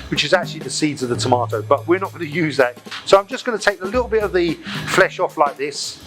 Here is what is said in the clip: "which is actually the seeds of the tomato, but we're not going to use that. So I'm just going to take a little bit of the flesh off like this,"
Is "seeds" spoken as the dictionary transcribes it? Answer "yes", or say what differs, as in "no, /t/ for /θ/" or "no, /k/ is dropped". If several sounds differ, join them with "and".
yes